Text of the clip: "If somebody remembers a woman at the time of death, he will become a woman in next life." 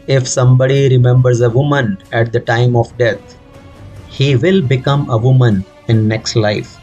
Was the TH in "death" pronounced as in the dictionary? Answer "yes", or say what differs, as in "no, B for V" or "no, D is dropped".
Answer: no, T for TH